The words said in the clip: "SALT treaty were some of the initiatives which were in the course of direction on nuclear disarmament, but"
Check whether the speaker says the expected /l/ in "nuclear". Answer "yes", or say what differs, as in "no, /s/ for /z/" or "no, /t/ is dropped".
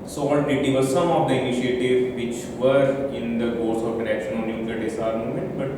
no, /l/ is dropped